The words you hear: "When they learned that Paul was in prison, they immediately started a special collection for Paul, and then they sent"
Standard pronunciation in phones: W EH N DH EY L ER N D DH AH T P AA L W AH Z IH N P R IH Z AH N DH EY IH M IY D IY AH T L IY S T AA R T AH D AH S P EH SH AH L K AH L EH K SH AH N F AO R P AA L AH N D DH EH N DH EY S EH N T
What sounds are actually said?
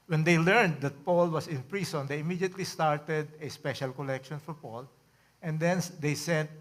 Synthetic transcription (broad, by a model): W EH N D EY L ER N D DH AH T P AA L W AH S IH N P R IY S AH N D EY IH M IY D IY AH T L IY S T AA R T AH D AH S P EH SH AH L K AH L EH K SH AH N F AO R P AA L AH N D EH N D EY S EH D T